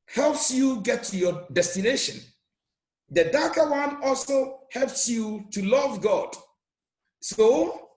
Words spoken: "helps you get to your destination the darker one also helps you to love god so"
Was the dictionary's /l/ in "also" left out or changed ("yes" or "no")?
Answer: no